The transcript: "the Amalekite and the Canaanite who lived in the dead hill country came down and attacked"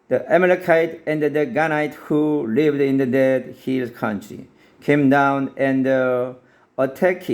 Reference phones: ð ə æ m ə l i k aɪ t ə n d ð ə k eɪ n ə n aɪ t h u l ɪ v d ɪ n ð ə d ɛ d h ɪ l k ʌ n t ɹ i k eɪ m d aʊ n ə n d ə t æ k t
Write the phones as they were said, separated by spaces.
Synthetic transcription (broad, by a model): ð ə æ m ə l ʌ k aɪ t ə n d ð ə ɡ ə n aɪ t h u l ɪ v d ɪ n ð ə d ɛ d h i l k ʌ n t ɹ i k eɪ m d aʊ n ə n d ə t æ k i